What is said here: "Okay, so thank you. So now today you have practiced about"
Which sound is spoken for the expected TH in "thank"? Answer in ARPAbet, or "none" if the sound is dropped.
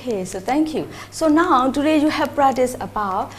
T